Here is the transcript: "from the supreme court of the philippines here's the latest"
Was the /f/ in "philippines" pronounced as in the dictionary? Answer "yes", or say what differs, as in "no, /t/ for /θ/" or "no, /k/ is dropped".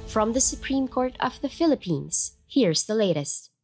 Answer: yes